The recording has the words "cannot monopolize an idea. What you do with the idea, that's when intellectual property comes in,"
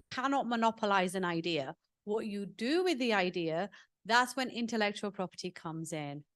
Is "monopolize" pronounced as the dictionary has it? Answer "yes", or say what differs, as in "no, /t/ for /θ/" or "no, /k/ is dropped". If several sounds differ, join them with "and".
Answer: yes